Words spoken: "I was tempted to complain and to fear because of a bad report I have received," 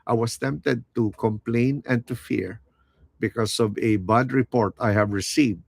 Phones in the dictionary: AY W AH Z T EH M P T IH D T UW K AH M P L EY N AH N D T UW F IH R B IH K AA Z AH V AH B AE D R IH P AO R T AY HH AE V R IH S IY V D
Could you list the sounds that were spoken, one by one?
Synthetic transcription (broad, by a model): AY W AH S T EH M P T IH D T UW K AH M P L EY N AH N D T UW F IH R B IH K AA S AH V AH B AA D R IH P AO R T AY HH AE V R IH S IY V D